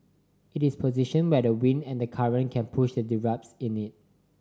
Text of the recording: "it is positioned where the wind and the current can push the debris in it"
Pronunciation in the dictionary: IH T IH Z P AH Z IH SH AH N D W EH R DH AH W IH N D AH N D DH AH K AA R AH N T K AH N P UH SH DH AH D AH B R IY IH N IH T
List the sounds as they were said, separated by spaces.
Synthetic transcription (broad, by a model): IH T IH S P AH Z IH SH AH N W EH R AH W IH N D AH N D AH K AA R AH N K AH N P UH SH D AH D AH R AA IH N IH T